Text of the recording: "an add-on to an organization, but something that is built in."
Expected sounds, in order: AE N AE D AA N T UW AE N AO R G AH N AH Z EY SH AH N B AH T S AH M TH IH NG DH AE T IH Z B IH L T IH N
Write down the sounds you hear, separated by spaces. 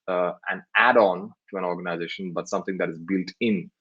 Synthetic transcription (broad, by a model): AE N AE D AA N T UW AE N AO R G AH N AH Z EY SH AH N B AH T S AH M T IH NG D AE T IH Z B IH L T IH N